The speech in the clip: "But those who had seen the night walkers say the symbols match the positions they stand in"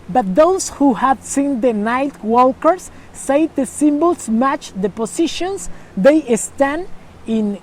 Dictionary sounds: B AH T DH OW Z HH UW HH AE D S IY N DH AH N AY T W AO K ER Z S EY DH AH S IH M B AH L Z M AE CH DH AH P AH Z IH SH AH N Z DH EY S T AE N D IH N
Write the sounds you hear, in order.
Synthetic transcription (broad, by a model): B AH T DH OW S HH UW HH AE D S IY N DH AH N AY T W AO K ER S EY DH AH S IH M B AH L S M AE CH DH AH P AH S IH SH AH N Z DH EY S T AE N D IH N